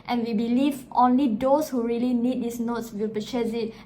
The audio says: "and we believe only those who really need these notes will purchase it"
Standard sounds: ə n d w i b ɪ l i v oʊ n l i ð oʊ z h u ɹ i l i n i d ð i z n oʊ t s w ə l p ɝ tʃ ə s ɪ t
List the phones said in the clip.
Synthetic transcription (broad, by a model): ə n w i b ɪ l i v oʊ n l i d oʊ s h u ɹ i l i n i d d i s n oʊ t s w ə l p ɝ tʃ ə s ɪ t